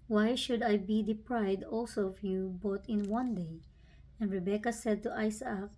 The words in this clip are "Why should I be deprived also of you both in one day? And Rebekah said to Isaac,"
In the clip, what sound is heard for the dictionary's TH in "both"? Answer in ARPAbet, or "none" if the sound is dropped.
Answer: T